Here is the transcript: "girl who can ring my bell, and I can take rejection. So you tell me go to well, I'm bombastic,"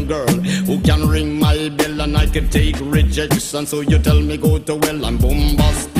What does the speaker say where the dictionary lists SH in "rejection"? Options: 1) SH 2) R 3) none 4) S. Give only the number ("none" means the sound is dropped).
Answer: 4